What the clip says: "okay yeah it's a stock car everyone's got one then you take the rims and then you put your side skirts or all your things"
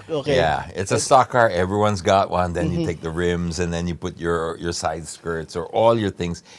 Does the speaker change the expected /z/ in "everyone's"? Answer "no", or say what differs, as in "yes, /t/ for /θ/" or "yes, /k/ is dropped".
no